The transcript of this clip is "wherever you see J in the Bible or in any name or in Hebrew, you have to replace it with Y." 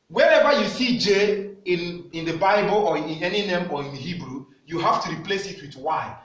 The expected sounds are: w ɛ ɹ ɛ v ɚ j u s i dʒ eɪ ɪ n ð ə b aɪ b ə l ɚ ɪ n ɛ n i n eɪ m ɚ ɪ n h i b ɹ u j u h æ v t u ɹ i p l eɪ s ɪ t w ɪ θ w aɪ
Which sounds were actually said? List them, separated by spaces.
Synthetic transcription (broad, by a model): w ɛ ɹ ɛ v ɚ j u s i dʒ eɪ ɪ n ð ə b aɪ b ə l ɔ ɪ n ɛ n i n eɪ m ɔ ɪ n h i b ɹ u j u h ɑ f t u ɹ i p l eɪ s ɪ t w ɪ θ w aɪ